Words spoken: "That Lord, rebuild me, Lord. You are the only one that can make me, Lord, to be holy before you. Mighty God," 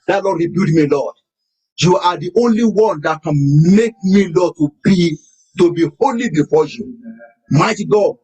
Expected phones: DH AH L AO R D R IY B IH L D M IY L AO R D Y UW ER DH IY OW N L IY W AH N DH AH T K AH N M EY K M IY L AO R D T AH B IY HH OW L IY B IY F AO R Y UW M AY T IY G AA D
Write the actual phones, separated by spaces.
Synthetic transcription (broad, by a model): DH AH L AO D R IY B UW D M IY L AO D Y UW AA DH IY OW N L IY W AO N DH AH T K AH N M EY K M IY L AO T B T AH B IY HH OW L IY B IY F AO Y UW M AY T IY G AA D